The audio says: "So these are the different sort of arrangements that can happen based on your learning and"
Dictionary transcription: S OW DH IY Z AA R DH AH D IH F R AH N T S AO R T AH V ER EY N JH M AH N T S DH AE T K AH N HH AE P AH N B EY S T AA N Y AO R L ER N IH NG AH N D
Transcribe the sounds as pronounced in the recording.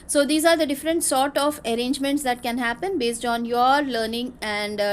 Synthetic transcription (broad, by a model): S OW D IY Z AA R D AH D IH F R AH N T S AO R T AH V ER EY N JH M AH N T S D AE T K AH N HH AE P AH N B EY S T AA N Y AO R L ER N IH NG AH N D